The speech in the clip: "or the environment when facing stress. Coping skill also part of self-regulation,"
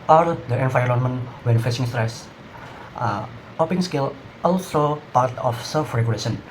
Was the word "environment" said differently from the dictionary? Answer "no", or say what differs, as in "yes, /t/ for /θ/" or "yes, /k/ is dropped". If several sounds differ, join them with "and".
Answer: yes, /f/ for /v/